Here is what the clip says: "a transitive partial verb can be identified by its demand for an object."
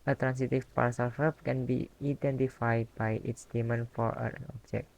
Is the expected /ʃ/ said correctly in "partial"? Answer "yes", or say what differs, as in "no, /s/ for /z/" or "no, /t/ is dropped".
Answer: no, /s/ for /ʃ/